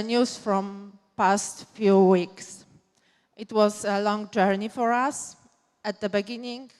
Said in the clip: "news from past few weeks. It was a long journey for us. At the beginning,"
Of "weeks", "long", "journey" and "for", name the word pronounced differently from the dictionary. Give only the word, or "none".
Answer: none